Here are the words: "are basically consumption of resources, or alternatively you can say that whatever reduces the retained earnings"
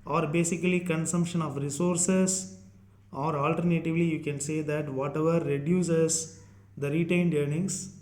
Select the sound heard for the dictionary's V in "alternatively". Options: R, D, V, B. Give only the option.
V